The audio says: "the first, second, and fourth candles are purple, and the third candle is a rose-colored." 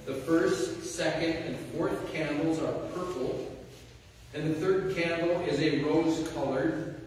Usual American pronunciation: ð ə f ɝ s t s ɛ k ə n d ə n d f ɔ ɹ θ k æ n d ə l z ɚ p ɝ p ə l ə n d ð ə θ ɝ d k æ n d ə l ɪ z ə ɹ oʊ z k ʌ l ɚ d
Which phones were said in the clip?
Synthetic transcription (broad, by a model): ð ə f ɝ s t s ɛ k ə n d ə n f ɔ ɹ θ k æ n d l z ɚ p ɝ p l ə n ð ə θ ɝ d k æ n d l ɪ z ə ɹ oʊ z k ʌ l ɚ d